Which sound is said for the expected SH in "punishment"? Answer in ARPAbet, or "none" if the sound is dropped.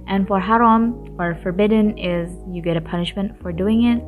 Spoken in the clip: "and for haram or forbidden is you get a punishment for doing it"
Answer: SH